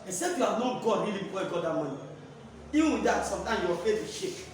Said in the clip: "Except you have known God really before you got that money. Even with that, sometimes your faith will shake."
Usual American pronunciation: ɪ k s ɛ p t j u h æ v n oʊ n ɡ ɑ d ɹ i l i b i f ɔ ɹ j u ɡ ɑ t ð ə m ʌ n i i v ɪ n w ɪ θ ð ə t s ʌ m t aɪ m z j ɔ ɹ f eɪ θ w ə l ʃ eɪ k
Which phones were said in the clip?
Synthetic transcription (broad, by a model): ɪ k s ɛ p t j u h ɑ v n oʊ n ɡ ɑ d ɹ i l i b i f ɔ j ɡ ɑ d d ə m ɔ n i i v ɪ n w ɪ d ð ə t s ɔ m t aɪ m j ɔ f eɪ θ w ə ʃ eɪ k